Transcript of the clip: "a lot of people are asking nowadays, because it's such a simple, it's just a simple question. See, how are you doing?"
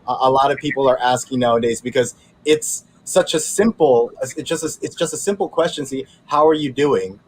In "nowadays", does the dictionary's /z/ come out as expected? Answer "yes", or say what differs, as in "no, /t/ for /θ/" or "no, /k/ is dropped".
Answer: yes